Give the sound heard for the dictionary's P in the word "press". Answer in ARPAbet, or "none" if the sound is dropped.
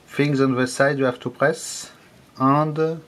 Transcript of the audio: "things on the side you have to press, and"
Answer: P